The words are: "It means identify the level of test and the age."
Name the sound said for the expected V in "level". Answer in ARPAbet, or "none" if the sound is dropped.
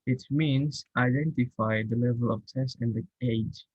V